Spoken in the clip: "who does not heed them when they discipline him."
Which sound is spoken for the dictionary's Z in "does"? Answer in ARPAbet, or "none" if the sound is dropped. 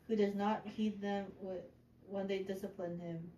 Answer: Z